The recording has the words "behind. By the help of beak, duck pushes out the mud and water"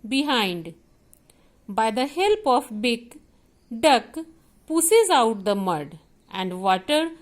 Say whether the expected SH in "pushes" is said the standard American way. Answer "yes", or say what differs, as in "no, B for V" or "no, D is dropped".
no, S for SH